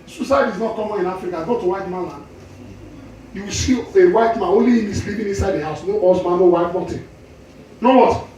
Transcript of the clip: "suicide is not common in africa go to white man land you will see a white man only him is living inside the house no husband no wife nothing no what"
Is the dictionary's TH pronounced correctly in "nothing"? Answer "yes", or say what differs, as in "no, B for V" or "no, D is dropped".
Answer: no, T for TH